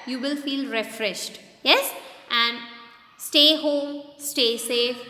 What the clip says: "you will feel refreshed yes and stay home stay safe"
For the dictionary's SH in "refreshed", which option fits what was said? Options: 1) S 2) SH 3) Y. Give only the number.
2